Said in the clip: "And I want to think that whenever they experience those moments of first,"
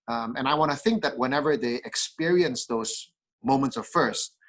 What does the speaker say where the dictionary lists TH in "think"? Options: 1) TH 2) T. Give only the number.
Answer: 1